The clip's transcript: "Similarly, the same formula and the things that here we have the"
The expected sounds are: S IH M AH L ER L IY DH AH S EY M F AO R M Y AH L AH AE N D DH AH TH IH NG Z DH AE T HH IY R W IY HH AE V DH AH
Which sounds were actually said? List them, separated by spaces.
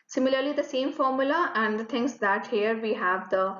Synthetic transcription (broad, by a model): S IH M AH L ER L IY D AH S EY M F AO R M Y AH L AH AE N D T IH NG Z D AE T HH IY R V IY HH AE V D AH